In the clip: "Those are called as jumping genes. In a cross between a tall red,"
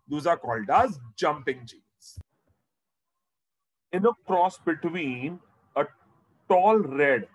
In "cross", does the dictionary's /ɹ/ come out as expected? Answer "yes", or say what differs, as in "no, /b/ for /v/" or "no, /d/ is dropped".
yes